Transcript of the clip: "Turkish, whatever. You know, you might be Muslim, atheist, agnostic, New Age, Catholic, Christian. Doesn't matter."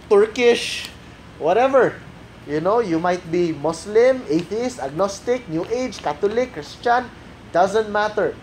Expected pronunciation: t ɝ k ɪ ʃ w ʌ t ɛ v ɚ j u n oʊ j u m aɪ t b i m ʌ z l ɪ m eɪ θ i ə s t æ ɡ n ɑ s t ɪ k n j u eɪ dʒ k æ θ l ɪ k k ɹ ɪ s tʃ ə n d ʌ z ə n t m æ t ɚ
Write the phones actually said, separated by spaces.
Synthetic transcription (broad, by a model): t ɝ k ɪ ʃ w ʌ t ɛ v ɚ j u n oʊ j u m aɪ t b i m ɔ s l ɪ m eɪ θ i ə s t æ ɡ n ɑ s t ɪ k n j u eɪ dʒ k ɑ t l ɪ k k ɹ ɪ s tʃ ə n d ʌ z ə n t m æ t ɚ